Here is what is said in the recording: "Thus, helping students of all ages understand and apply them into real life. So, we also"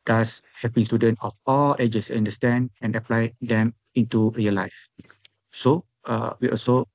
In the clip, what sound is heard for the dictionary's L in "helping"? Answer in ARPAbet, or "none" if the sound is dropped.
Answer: none